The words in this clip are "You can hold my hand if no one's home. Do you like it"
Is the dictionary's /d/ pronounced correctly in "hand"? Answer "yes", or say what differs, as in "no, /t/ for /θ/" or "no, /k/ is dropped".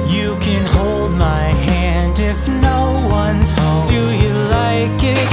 yes